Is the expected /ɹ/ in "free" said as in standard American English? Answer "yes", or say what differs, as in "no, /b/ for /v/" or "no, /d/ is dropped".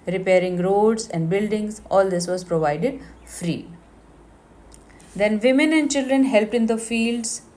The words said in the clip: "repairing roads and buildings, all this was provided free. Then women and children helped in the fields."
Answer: yes